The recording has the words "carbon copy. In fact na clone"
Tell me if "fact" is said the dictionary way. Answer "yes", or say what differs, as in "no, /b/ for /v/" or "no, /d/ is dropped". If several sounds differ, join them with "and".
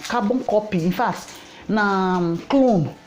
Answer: no, /k/ is dropped